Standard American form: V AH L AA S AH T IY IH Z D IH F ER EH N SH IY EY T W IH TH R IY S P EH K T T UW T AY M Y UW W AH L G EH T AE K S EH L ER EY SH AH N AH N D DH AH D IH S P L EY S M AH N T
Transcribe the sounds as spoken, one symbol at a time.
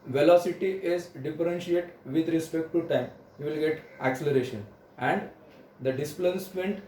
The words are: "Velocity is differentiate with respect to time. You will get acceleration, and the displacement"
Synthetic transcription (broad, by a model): V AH L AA S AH T IY IH Z D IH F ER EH N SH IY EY T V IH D R IY S P EH K T T UW T AY M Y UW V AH L G EH T AE K S EH L ER EY SH AH N AH N D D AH D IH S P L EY S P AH N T